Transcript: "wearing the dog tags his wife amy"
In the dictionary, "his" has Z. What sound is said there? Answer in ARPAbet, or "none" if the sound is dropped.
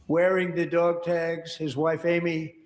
Z